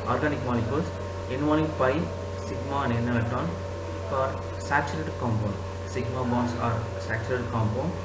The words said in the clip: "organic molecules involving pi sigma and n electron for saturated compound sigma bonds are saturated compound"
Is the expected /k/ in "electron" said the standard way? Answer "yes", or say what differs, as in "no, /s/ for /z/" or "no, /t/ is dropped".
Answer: no, /k/ is dropped